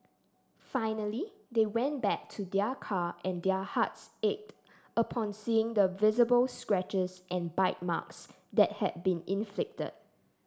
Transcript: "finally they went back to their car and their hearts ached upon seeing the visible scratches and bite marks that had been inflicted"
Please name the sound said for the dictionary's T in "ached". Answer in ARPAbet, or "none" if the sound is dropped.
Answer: T